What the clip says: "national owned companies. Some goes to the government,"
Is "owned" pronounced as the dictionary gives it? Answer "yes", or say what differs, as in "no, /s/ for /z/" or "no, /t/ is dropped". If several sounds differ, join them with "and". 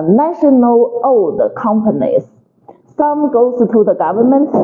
no, /n/ is dropped